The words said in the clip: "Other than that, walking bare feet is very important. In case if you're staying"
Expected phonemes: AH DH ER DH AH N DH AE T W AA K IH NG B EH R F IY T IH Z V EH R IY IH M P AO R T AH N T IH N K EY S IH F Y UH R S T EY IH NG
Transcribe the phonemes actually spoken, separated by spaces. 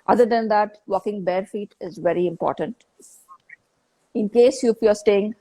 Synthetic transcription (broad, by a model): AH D ER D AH N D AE T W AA K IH NG B EH R F IY T IH Z V EH R IY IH M P AO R T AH N T IH N K EY S IH F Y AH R S T EY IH NG